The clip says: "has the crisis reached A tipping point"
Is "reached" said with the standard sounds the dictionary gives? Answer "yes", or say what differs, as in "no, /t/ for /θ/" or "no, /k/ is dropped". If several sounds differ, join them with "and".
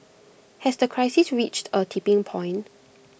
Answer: yes